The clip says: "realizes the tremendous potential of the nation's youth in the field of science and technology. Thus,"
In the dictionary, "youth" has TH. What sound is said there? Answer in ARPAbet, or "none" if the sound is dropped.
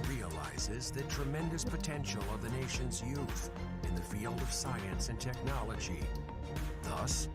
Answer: TH